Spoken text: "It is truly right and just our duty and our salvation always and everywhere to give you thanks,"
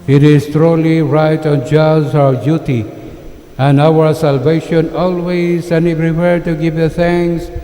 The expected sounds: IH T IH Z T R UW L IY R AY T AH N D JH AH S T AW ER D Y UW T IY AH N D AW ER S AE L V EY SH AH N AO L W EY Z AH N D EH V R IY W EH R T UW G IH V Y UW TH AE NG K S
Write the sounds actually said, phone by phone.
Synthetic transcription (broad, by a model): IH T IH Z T R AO L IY R AY T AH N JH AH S AW ER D Y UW T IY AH N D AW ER S AE L V EY SH AH N AO L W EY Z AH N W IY P R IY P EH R T UW G IH V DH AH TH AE NG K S